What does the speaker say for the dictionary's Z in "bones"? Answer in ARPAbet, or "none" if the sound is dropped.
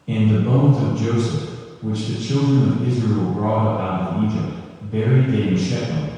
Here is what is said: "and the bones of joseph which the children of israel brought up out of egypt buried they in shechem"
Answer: Z